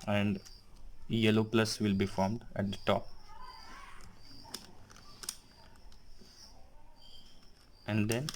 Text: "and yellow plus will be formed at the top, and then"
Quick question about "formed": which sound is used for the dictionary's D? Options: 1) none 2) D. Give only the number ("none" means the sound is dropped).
2